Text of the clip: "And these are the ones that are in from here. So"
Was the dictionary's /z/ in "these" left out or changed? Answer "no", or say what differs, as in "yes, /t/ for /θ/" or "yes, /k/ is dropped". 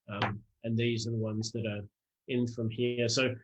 no